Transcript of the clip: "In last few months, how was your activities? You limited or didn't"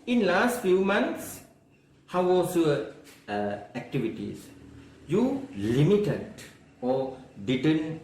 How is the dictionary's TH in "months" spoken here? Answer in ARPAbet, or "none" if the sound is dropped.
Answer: T